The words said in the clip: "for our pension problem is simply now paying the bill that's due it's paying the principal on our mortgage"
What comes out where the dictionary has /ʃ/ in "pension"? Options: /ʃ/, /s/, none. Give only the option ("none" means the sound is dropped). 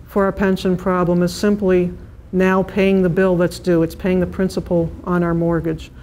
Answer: /ʃ/